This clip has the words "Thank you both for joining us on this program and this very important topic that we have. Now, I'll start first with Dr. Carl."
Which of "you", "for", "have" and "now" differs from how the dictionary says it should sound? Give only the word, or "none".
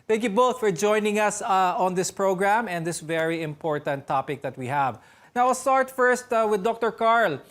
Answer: none